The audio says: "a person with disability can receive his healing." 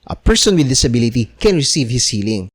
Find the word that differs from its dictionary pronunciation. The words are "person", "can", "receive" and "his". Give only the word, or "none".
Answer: his